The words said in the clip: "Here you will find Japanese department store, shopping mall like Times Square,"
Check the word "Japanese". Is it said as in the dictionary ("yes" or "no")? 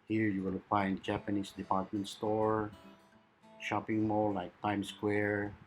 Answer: no